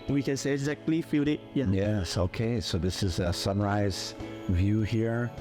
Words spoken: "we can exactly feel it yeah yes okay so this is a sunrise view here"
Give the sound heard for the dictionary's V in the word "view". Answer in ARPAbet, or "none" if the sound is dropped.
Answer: V